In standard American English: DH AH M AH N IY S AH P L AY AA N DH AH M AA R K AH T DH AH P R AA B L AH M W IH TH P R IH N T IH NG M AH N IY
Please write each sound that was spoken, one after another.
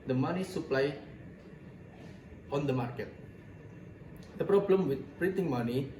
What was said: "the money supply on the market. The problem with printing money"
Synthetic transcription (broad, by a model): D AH M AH N IY S AH P L AY AA N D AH M AA R K AH T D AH P R AA B L AH M W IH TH P R IH N T IH NG M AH N IY